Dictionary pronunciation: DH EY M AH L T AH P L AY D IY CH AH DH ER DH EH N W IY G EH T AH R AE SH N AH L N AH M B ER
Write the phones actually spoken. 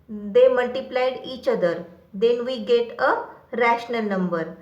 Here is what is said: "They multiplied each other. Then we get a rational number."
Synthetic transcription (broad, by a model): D EY M AH L T AH P L AY D IY CH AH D ER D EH N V IY G EH T AH R AE SH N AH L N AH M B ER